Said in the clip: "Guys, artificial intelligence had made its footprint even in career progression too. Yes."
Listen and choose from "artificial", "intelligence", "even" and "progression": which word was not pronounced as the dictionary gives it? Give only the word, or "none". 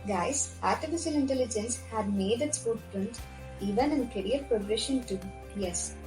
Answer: none